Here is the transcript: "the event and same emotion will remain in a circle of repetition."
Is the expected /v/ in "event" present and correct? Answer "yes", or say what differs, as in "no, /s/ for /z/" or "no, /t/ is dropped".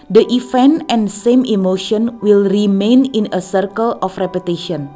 no, /f/ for /v/